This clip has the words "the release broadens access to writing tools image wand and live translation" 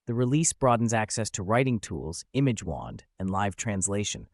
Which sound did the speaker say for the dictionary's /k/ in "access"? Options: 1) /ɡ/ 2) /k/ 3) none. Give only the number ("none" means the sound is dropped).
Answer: 2